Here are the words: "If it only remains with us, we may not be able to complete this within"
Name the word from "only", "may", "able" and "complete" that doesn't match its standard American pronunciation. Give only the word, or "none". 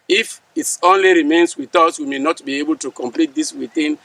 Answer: none